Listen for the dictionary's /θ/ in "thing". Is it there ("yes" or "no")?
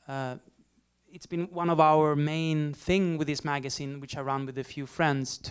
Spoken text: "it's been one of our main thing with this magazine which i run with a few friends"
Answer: yes